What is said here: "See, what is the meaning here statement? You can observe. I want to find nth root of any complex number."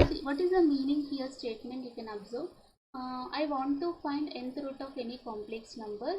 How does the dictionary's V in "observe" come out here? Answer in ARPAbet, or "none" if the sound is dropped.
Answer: B